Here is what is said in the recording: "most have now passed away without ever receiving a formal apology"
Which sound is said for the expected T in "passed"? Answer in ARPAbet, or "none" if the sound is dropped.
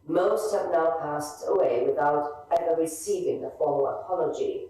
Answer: T